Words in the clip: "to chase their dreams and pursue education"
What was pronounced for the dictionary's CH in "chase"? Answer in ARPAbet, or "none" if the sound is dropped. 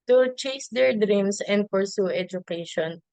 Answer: CH